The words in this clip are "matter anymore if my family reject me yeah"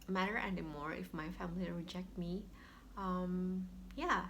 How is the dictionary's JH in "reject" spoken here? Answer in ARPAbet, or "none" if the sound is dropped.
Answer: JH